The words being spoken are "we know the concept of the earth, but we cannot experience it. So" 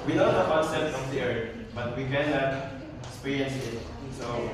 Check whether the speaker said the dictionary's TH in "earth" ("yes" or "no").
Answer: no